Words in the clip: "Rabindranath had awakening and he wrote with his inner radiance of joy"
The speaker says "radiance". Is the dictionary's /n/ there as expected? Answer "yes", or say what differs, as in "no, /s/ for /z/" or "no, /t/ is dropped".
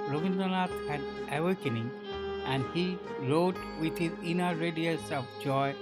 no, /n/ is dropped